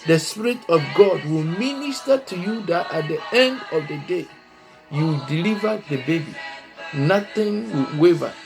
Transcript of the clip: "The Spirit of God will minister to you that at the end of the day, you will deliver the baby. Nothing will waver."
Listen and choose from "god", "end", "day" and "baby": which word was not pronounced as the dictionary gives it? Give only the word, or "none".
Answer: none